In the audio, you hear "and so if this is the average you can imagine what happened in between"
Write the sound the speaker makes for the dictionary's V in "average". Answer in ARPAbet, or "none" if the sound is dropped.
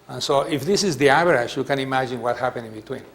B